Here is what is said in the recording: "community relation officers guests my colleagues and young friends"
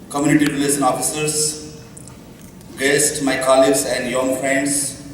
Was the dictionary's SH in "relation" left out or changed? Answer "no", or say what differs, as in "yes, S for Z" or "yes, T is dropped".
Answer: yes, S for SH